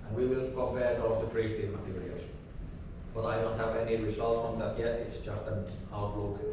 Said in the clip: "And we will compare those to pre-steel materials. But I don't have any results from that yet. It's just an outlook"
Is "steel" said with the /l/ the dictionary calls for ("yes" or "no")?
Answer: no